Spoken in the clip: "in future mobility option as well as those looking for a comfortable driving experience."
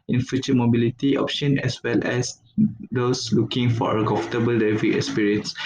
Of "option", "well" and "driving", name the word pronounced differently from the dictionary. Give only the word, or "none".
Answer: driving